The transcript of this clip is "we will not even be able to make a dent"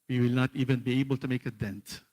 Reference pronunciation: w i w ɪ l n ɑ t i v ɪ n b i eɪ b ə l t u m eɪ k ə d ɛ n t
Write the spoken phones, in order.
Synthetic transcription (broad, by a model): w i w ɪ l n ɑ t i v ɪ n b i eɪ b ə l t u m eɪ k ə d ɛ n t